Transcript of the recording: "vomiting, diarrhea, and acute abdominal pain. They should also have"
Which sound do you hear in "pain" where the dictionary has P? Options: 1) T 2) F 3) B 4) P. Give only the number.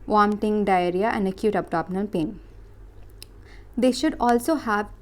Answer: 4